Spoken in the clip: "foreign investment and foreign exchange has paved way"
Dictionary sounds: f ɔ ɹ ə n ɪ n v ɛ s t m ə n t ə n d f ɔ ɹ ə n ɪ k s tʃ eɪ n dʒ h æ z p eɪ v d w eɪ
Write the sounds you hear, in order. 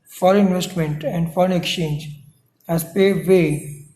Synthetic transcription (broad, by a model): f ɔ ɹ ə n ɪ n v ɛ s t m ə n t ə n d f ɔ ɹ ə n ɪ k s tʃ eɪ n dʒ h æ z p eɪ d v eɪ